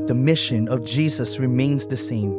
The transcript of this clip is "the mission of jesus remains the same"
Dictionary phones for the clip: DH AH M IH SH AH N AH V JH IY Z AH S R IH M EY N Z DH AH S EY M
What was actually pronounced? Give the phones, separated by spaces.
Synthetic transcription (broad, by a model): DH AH M IH SH AH N AH V JH IY Z AH S R IH M EY N Z DH AH S EY M